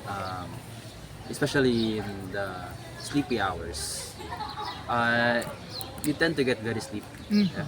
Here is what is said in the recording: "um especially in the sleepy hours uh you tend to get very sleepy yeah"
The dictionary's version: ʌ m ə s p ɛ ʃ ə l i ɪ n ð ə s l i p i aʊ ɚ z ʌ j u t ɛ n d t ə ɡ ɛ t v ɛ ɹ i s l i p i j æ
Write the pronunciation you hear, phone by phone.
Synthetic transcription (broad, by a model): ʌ m ə s p ɛ ʃ ə l i ɪ n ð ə s l i p i aʊ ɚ s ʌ j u t ɛ n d t ə ɡ ɛ t v ɛ ɹ i s l i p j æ